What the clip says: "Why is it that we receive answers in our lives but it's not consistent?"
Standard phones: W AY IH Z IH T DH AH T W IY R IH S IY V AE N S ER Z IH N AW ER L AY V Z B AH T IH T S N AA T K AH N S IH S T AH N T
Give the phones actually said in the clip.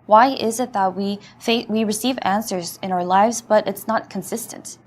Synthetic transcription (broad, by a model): W AY IH Z IH T DH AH T W IY R IH S IY V AE N S ER Z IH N AW ER L AY V Z B AH T IH T S N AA T K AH N S IH S T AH N T